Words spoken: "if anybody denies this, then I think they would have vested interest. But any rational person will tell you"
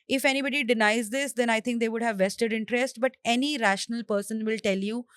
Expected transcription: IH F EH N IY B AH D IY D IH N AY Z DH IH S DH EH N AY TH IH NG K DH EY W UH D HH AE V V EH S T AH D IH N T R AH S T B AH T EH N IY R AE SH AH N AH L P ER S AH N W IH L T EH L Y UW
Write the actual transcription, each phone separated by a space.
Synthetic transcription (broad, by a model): IH F EH N IY B AH D IY D IH N AY Z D IH S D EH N AY T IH NG K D EY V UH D HH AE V V EH S T AH D IH N T R AH S T B AH T EH N IY R AE SH AH N AH L P ER S AH N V IH L T EH L Y UW